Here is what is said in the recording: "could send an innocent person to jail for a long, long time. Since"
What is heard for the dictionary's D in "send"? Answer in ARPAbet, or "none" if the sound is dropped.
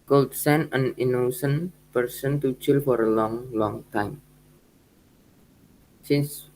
none